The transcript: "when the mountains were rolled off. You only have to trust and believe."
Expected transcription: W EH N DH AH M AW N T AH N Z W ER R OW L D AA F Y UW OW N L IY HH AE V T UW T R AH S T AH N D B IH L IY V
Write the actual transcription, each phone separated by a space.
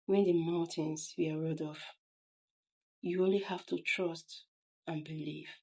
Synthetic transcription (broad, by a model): W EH N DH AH M AW N T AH N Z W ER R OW D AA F Y UW OW N L IY HH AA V T UW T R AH S T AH N B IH L IY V